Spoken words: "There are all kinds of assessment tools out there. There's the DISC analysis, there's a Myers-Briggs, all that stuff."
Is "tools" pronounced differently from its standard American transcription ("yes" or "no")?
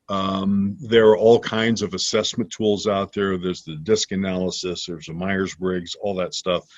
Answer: no